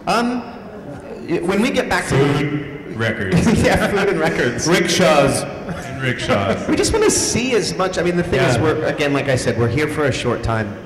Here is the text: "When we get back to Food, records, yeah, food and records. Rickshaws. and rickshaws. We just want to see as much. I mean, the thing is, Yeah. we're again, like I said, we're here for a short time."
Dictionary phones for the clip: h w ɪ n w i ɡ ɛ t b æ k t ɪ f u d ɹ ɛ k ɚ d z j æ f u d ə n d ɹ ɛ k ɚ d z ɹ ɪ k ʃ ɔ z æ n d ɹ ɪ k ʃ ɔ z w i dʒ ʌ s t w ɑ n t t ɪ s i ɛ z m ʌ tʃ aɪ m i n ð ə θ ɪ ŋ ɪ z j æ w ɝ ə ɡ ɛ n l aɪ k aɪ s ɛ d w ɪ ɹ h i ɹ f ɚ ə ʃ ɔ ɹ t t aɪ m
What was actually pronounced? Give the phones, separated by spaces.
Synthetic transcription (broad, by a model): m w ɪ n w i ɡ ɛ t b æ k t ɪ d ɹ ɛ k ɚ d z j æ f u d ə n ɹ ɛ k ɚ d z ɹ ɪ k ʃ ɔ z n ɹ ɪ k ʃ ɔ z w i dʒ ʌ s t w ɑ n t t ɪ s i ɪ z m ʌ tʃ aɪ m i n ð ə θ ɪ ŋ ɪ z w ɝ ə ɡ ɛ n l aɪ k aɪ s ɛ d w ɪ ɹ h i ɹ f ɚ ə ʃ ɔ ɹ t t aɪ m